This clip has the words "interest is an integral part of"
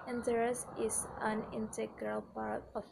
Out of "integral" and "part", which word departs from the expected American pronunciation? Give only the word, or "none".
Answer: none